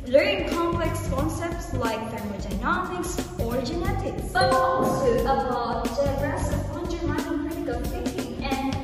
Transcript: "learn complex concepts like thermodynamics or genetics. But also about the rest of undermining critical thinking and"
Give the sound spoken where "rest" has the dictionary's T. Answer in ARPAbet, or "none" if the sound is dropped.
none